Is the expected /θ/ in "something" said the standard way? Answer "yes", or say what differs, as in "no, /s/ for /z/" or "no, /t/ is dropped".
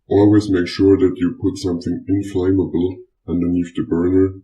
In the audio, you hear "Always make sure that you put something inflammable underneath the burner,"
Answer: yes